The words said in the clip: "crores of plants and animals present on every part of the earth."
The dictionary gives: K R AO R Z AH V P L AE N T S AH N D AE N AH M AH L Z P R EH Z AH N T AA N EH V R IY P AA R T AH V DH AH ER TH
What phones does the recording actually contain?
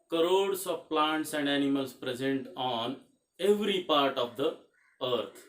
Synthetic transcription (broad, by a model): K R AO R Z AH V P L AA N T S AH N D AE N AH M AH L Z P R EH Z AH N T AA N EH V R IY P AA R T AH V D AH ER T